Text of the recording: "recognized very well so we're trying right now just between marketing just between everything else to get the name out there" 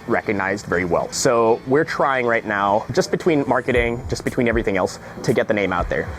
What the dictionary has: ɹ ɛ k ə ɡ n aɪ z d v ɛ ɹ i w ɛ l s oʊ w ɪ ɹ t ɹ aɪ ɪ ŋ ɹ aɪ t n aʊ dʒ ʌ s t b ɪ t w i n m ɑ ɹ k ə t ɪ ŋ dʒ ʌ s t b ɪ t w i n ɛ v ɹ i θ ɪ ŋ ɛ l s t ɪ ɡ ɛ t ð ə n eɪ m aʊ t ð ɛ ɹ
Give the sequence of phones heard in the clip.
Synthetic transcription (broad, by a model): ɹ ɛ k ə ɡ n aɪ z d v ɛ ɹ i w ɛ l s oʊ w ɪ ɹ t ɹ aɪ ɪ ŋ ɹ aɪ t n aʊ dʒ ʌ s b ɪ t w i n m ɑ ɹ k ə t ɪ ŋ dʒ ʌ s b ɪ t w i n ɛ v ɹ i θ ɪ ŋ ɛ l s t ɪ ɡ ɛ t ð ə n eɪ m aʊ t ð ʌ ɹ